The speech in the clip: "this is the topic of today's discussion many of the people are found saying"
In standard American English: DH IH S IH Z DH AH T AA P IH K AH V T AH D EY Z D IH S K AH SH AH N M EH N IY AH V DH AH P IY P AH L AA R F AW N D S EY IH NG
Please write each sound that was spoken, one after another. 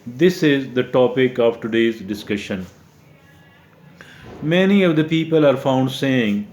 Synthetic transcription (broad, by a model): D IH S IH Z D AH T AA P IH K AH V T AH D EY Z D IH S K AH SH AH N M EH N IY AH V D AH P IY P AH L AA R F AW N D S EY IH NG